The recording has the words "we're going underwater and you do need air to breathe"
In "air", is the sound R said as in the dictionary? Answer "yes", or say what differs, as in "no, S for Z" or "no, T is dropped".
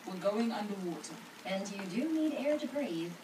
yes